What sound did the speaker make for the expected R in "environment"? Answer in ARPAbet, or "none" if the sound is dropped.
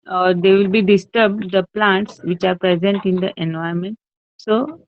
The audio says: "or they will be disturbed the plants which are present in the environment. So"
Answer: none